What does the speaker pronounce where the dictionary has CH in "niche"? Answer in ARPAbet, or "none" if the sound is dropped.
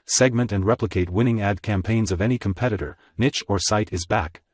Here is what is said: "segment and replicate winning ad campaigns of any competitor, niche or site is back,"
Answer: CH